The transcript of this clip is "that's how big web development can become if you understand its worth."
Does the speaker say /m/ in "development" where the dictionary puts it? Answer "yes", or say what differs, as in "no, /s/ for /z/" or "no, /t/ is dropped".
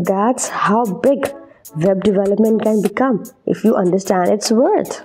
yes